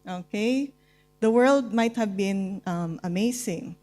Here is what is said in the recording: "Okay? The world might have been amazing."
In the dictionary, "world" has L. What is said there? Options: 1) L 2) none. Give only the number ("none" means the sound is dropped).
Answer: 1